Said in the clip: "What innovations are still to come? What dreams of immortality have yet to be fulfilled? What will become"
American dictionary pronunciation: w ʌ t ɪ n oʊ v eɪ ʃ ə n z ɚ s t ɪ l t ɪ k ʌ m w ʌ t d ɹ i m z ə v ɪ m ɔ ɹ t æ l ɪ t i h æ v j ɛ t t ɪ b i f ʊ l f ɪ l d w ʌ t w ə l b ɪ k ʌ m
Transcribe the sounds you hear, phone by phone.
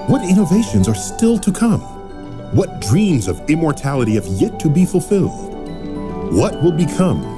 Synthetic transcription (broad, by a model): w ʌ t ɪ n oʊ v eɪ ʃ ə n z ɚ s t ɪ l t ɪ k ʌ m w ʌ t d ɹ i m z ə v ɪ m ɔ ɹ t æ l ɪ t i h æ v j ɛ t t ɪ b i f ʊ l f ɪ l d w ʌ t w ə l b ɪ k ʌ m